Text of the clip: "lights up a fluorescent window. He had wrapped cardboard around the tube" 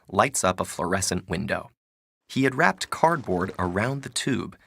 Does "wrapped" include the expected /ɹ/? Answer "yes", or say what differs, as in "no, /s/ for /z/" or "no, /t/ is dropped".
yes